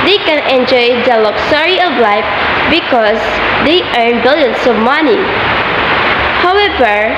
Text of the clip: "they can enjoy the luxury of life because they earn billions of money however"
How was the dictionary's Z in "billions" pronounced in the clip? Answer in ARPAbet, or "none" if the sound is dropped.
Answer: S